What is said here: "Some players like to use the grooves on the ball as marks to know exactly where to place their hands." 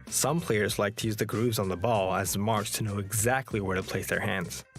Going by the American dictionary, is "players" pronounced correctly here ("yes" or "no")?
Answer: yes